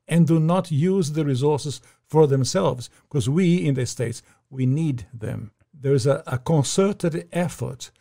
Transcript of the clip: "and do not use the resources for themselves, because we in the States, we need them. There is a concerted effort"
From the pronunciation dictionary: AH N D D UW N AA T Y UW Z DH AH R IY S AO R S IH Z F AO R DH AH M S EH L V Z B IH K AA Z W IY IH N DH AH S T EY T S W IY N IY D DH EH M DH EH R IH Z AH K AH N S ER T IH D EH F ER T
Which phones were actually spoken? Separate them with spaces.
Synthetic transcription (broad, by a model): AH N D D UW N AA T Y UW Z DH AH R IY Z AO R S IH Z F AO R DH AH M S EH L V Z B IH K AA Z W IY IH N DH AH S T EY T S W IY N IY D DH EH M DH EH R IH Z AH K AH N S ER T IH D EH F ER T